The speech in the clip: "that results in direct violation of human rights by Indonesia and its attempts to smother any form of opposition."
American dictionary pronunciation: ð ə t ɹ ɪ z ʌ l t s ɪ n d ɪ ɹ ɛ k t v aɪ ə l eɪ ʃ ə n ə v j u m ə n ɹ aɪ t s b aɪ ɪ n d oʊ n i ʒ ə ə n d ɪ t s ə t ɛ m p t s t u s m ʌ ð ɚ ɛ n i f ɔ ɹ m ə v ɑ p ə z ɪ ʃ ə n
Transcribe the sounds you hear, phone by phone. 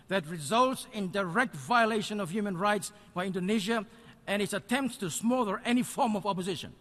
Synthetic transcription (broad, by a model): ð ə t ɹ ɪ z ʌ l t s ɪ n d ɪ ɹ ɛ k t v aɪ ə l eɪ ʃ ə n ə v j u m ə n ɹ aɪ t s b aɪ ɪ n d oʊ n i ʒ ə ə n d ɪ t s ə t ɛ m p t s t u s m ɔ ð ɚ ɛ n i f ɔ ɹ m ə v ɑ p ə z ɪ ʃ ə n